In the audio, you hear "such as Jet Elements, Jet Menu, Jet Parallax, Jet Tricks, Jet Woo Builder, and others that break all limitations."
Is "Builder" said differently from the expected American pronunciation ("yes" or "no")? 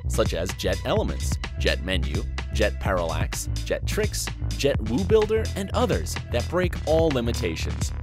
no